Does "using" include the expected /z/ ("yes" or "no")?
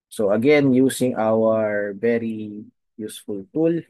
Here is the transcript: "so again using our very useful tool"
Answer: no